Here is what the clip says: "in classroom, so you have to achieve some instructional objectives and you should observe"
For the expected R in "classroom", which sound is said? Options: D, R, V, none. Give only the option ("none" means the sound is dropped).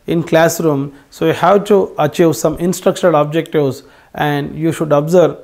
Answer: R